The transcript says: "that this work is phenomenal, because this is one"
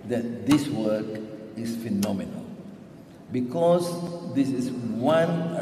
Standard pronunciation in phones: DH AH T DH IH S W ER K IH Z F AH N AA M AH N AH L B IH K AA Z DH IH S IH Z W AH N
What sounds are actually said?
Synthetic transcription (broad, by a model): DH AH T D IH S W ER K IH S F AH N AA M AH N AH L B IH K AA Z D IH S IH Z W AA N